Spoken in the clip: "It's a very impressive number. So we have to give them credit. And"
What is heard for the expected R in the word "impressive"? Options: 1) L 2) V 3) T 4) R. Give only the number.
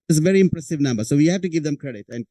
4